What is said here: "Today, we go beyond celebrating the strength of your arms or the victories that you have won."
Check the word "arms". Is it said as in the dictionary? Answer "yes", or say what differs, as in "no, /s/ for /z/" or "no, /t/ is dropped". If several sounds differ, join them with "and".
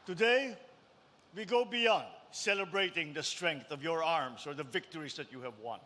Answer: no, /s/ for /z/